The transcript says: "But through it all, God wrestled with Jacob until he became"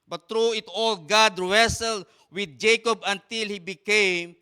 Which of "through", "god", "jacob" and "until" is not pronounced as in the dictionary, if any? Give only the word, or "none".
through